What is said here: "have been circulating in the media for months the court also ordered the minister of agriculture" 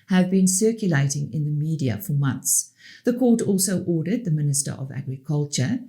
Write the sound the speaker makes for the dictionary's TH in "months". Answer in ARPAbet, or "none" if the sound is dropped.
TH